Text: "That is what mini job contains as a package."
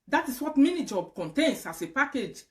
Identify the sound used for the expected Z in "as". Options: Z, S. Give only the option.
S